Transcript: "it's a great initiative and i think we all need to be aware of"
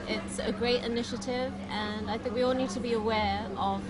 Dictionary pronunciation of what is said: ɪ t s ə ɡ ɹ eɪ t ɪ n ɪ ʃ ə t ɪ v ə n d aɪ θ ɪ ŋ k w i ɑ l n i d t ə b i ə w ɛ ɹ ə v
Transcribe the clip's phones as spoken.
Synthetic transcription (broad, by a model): ɪ t s ə ɡ ɹ eɪ t ɪ n ɪ ʃ ə t ɪ v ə n aɪ θ ɪ ŋ k w i ɑ l n i d t ə b i ə w ɛ ɹ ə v